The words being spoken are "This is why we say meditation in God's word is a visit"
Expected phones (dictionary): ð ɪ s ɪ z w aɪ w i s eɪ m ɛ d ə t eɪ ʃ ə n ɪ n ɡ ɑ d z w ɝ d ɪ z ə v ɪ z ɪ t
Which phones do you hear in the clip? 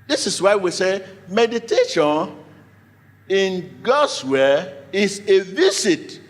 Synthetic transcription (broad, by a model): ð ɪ s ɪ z w aɪ w i s eɪ m ɛ d ə t eɪ ʃ ə n ɪ n ɡ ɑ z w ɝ ɪ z ə v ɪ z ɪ t